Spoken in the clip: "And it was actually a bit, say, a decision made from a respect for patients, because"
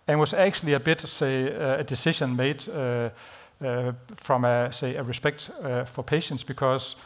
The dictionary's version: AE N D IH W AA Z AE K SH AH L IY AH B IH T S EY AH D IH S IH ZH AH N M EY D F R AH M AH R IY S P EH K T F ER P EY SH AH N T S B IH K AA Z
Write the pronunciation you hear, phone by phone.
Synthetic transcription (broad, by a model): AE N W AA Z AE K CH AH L IY AH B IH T S EY AH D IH S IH SH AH N M EY D F R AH M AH R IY S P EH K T F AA P EY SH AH N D S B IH K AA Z